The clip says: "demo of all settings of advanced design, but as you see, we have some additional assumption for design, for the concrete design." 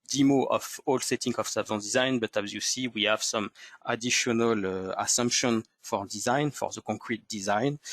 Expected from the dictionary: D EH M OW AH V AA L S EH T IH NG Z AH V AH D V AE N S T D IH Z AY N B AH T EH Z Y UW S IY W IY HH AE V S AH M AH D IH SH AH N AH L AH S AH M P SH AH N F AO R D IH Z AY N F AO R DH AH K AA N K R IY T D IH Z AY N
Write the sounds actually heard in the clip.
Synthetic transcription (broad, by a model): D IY M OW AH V AA L S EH T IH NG AH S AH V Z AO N D IH Z AY N B AH T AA Z Y UW S IY W IY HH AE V S AH M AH D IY SH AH N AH L AH S AH M P SH AH N F AO R D IH Z AY N F AO R DH AH K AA K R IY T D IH Z AY N